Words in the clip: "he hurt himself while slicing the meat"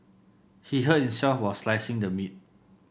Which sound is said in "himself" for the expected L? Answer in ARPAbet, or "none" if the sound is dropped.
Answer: none